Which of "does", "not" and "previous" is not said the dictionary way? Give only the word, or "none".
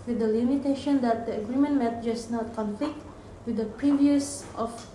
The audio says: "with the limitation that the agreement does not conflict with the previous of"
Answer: does